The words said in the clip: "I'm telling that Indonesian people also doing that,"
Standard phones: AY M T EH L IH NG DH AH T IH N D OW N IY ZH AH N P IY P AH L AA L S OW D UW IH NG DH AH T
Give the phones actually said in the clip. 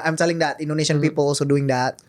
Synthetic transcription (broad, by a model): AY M S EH L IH NG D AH T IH N D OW N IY S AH N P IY P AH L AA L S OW D UW IH NG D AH T